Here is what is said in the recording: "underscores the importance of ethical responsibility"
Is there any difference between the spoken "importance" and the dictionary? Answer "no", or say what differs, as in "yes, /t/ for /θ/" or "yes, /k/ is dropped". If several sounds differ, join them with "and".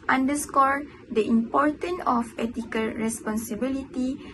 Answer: yes, /s/ is dropped